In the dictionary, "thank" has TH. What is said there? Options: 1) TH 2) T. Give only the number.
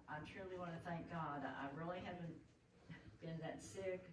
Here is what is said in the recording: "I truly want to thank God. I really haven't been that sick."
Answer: 1